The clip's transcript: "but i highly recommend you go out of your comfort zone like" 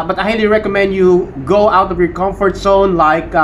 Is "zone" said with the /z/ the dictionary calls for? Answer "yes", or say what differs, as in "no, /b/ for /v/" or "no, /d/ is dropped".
no, /s/ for /z/